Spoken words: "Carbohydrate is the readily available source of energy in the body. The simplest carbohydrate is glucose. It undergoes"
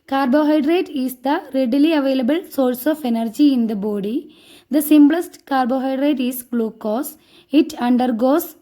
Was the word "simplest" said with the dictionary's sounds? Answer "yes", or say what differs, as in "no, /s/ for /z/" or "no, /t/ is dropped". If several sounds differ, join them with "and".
no, /b/ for /p/